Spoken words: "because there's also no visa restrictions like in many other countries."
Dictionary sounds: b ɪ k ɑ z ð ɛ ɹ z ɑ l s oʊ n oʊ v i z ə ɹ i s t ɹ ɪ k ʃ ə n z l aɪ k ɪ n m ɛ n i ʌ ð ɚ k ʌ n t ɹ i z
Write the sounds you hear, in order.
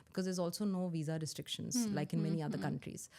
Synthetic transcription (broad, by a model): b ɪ k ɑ z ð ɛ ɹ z ɑ l s oʊ n oʊ v i z ə ɹ i s t ɹ ɪ k ʃ ə n z l aɪ k ɪ n m ɛ n i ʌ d ɚ k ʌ n t ɹ i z